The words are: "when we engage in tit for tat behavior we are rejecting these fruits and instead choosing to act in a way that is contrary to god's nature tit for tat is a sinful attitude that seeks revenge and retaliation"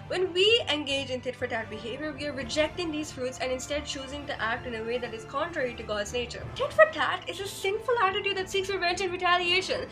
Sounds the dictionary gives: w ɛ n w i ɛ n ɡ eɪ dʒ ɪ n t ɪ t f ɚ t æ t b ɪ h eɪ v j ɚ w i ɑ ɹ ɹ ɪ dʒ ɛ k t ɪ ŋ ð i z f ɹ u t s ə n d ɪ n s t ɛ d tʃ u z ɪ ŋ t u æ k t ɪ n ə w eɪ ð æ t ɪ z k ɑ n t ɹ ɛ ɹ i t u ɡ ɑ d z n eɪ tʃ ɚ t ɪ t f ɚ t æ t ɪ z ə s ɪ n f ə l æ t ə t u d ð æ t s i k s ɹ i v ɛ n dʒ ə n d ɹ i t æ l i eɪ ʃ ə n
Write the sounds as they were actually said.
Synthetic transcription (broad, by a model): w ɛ n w i ɛ n ɡ eɪ dʒ ɪ n t ɪ t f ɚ t æ t b ɪ h eɪ v j ɚ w i ɑ ɹ ɹ ɪ dʒ ɛ k t ɪ ŋ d i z f ɹ u t s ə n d ɪ n s t ɛ d tʃ u z ɪ ŋ t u æ k t ɪ n ə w eɪ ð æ t ɪ z k ɑ n t ɹ ɛ ɹ i t u ɡ ɑ d z n eɪ tʃ ɚ t ɪ t f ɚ t æ t ɪ z ə s ɪ n f ə l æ t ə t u d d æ t s i k s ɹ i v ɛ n tʃ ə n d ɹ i t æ l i eɪ ʃ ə n